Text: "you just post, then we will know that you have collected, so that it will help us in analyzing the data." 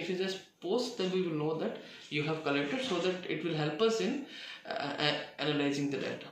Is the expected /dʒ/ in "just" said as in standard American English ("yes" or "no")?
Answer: no